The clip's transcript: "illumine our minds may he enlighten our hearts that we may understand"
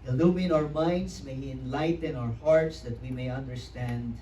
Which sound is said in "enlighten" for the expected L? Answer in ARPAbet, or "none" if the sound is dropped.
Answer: L